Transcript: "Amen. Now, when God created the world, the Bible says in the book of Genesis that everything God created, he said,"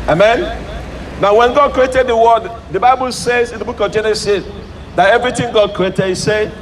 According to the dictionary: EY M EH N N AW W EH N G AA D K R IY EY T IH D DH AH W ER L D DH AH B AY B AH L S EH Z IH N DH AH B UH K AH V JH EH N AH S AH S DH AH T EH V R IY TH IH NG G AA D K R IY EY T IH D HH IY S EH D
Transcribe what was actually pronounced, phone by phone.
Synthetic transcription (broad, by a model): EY M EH N N AW W EH N G AA D K R IY EY T IH D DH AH W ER D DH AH B AY B AH L S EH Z IH N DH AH B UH K AH V JH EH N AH S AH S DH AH T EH V R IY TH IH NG G AA D K R IY EY T IH D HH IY S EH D